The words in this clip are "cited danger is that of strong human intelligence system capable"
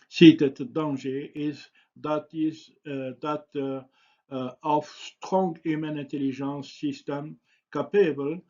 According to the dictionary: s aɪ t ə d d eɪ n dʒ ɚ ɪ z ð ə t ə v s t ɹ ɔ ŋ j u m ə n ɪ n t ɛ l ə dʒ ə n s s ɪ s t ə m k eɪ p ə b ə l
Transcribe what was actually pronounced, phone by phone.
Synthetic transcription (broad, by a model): s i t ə d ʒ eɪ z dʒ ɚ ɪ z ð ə t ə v s t ɹ ɔ ŋ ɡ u m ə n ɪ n t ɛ l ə ʒ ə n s s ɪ s t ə m k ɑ p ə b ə l